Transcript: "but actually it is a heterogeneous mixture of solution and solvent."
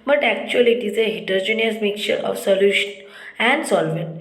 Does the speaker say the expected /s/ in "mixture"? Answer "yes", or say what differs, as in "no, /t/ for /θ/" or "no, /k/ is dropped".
no, /s/ is dropped